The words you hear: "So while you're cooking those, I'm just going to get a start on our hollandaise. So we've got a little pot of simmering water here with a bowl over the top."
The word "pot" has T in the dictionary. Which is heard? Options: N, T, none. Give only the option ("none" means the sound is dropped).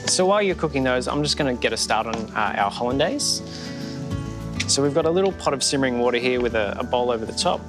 T